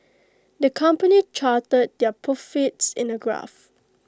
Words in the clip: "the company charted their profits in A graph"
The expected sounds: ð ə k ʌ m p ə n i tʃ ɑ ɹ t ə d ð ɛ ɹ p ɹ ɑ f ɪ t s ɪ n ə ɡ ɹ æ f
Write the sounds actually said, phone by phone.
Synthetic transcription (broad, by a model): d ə k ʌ m p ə n i tʃ ɑ t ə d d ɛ p ɑ f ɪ t s ɪ n ə ɡ ɹ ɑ f